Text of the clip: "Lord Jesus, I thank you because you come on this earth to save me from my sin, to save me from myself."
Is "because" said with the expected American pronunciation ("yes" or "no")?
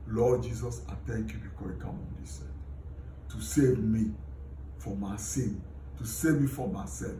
no